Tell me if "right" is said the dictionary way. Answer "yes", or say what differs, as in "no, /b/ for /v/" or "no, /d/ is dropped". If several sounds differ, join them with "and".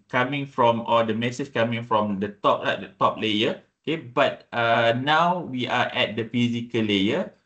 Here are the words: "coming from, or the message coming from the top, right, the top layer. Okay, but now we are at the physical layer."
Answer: no, /l/ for /ɹ/